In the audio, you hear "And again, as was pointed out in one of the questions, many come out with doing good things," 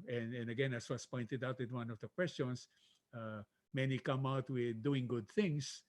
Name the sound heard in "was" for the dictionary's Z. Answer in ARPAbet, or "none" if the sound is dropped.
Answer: S